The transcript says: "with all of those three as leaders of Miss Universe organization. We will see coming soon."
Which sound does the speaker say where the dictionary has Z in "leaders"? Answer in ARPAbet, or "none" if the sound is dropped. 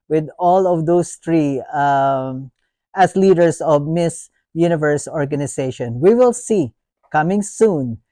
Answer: S